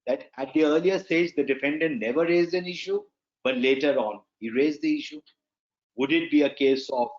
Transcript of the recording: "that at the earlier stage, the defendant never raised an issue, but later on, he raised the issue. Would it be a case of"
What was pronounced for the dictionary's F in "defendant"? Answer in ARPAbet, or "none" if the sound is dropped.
F